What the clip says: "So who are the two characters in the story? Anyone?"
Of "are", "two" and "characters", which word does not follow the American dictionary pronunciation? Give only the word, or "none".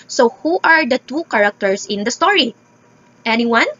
characters